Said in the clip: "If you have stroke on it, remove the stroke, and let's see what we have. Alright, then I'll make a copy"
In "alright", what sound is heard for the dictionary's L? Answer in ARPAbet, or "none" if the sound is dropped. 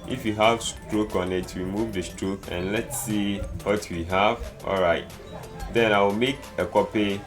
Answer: L